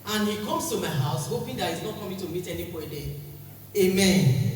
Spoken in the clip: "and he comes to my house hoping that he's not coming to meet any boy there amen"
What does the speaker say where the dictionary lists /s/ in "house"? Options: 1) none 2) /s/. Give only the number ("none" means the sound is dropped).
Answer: 2